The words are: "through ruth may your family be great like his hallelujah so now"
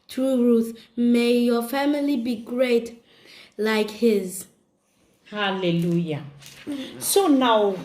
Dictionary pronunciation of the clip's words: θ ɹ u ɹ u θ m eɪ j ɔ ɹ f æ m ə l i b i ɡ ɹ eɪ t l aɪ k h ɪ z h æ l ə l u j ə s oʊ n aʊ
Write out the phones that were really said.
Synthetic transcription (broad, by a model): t ɹ u ɹ u θ m eɪ j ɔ f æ m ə l i b i ɡ ɹ eɪ t l aɪ k h ɪ z h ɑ l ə l u j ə s oʊ n aʊ